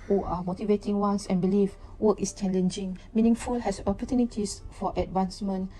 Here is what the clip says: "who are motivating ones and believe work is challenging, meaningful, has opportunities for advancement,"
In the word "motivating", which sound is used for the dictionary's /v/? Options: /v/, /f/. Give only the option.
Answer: /v/